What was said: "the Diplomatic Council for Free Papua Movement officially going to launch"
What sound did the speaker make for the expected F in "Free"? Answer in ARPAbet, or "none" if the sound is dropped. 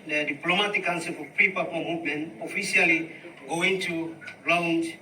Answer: P